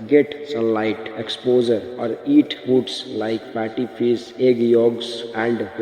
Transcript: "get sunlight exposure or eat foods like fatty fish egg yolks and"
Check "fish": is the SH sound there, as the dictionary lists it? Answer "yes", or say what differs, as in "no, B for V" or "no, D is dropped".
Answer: no, S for SH